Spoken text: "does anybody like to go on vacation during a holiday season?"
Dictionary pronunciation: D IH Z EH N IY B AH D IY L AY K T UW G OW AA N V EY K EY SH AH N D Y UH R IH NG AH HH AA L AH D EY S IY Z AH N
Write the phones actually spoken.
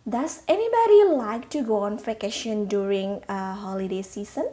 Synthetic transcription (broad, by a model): D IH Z EH N IY B AH D IY L AY K T UW G OW AA N F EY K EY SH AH N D Y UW R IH NG AH HH AA L AH D EY S IY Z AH N